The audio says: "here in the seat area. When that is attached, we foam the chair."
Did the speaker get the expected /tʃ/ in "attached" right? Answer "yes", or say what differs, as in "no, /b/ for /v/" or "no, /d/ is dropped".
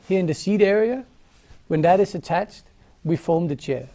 yes